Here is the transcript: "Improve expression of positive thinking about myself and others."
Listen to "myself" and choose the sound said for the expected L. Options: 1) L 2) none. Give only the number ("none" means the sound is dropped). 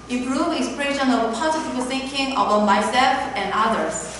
2